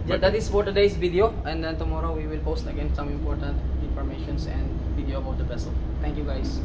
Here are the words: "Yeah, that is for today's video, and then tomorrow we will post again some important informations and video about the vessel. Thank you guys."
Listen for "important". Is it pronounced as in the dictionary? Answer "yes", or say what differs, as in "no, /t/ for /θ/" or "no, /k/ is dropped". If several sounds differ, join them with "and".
yes